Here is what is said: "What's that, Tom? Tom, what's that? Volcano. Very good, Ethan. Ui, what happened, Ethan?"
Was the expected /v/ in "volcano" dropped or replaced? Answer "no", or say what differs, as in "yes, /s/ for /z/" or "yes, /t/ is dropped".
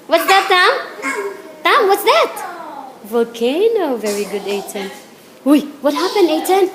no